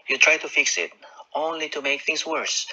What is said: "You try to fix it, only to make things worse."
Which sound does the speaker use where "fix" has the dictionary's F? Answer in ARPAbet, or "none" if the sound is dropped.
F